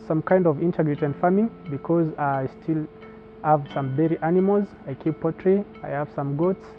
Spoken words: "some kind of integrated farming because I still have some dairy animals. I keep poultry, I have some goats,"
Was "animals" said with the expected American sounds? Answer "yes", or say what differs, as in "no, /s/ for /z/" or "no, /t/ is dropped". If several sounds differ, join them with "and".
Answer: yes